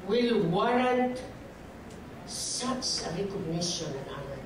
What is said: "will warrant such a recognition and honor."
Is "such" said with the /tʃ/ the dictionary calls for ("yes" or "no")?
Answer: no